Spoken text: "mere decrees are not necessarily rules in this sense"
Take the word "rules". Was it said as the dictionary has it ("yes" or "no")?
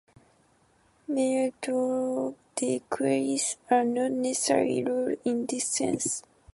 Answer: no